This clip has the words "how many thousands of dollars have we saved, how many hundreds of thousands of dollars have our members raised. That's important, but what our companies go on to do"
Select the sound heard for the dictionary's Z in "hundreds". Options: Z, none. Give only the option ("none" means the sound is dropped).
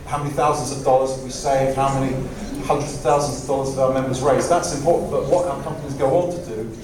Z